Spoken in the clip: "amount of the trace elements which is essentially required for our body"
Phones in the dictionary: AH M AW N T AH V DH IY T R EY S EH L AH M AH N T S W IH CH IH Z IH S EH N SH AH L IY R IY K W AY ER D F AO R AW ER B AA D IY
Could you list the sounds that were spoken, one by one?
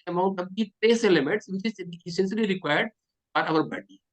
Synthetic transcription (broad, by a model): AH M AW N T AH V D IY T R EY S EH L AH M AH N T S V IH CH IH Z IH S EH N S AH L IY R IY K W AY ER D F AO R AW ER B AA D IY